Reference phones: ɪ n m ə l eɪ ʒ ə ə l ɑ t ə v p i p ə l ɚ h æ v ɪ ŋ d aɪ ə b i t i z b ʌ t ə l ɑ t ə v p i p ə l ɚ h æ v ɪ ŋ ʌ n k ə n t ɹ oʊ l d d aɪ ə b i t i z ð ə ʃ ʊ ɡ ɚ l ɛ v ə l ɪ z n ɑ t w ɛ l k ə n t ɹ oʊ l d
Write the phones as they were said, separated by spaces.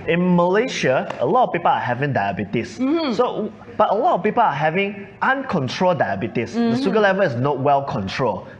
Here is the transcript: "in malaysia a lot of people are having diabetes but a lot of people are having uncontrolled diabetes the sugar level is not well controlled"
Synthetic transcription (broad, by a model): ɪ n m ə l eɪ ʃ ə ə l ɑ t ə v p i p ə l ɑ h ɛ v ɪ ŋ d aɪ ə b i t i s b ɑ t ə l ɑ t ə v p i p ə l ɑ h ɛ v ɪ ŋ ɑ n k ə n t ɹ oʊ l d d aɪ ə b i t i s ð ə s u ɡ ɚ l ɛ v ə l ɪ s n ɑ t w ɛ l k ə n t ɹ oʊ l